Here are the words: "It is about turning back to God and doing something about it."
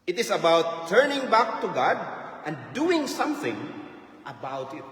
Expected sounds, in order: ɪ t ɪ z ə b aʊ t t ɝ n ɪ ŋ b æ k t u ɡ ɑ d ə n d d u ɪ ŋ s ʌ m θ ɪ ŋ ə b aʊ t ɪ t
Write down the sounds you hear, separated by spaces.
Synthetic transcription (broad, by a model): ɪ t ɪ s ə b aʊ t t ɝ n ɪ ŋ b æ k t u ɡ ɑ d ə n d d u ɪ ŋ s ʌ m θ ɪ ŋ ə b aʊ t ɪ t